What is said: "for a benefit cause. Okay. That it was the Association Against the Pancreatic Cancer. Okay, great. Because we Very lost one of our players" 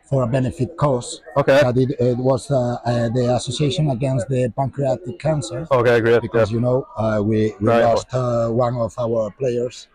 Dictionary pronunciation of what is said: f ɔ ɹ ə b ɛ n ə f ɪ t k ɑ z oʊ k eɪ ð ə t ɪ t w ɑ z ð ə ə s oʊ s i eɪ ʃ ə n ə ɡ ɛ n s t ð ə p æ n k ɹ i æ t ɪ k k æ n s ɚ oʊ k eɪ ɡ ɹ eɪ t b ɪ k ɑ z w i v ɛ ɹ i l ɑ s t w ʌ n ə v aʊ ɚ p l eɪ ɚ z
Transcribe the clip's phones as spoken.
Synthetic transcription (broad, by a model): f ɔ ɹ ə b ɛ n ə f ɪ t k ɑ s oʊ k eɪ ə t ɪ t w ɑ z ð ə ə s oʊ s i eɪ ʃ ə n ə ɡ ɛ n s t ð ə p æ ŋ k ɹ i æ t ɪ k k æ n s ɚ oʊ k eɪ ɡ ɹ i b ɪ k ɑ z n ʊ w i w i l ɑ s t w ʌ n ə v aʊ ɚ p l eɪ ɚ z